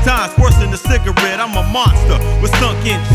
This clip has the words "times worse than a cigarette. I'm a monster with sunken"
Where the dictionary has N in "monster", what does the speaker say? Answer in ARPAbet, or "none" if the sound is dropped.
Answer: N